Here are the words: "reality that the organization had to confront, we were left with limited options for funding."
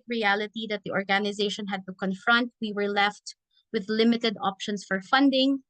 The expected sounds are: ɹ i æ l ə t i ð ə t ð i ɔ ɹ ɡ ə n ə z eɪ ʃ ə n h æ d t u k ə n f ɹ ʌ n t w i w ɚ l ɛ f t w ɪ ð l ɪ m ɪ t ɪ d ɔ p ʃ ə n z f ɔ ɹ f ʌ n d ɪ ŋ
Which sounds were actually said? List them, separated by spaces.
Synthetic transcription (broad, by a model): ɹ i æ l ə t i ð ə t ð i ɔ ɹ ɡ ə n ə z eɪ ʃ ə n h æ d t u k ə n f ɹ ʌ n t w i w ɚ l ɛ f t w ɪ ð l ɪ m ɪ t ɪ d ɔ p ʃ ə n s f ɔ ɹ f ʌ n d ɪ ŋ